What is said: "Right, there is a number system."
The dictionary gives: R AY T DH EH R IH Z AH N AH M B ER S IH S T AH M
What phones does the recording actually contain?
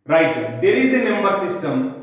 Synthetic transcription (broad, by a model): R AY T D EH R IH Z AH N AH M ER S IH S T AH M